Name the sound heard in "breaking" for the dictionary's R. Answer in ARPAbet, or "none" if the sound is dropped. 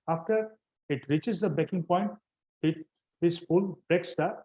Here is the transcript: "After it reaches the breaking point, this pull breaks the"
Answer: none